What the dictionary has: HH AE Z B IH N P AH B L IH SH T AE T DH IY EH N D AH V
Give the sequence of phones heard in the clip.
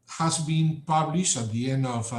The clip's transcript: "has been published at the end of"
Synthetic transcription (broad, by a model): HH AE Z B IH N P AH B L IH SH T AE T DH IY EH N D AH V